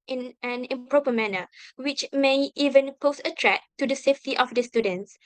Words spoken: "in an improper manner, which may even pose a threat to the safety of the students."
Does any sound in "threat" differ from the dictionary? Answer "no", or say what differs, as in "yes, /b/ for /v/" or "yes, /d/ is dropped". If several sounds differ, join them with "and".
yes, /t/ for /θ/